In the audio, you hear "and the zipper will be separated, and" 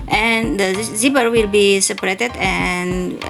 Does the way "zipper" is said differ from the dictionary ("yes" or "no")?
yes